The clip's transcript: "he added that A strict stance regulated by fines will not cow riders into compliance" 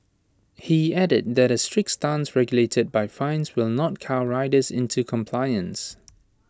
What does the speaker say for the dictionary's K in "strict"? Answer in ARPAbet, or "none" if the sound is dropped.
K